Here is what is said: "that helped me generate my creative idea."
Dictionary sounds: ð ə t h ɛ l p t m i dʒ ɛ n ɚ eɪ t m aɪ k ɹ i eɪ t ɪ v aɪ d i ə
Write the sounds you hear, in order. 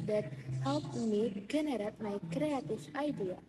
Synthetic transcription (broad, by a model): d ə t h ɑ p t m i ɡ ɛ n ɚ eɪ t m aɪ k ɹ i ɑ t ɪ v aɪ d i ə